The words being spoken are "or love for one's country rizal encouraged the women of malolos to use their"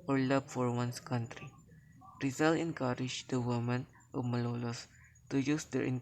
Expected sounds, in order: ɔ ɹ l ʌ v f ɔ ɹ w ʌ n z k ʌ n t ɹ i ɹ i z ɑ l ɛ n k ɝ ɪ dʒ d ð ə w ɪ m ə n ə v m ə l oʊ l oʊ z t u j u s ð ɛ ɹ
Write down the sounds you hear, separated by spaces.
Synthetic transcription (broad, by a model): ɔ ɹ l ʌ b f ɔ ɹ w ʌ n s k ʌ n t ɹ i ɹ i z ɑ l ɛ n k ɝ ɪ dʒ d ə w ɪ m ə n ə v m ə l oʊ l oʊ s t u j u s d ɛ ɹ